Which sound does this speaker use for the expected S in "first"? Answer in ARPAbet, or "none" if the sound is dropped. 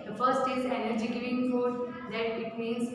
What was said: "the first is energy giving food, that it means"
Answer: S